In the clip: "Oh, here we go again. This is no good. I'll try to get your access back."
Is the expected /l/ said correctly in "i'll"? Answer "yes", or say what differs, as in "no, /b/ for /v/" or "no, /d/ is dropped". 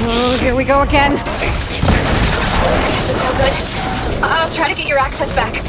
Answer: yes